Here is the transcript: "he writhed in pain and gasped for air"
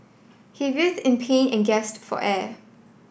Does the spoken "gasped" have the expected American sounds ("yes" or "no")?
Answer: no